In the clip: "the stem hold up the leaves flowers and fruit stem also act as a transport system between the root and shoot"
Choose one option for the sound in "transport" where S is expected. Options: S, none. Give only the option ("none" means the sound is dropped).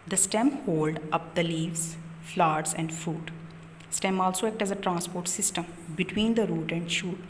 S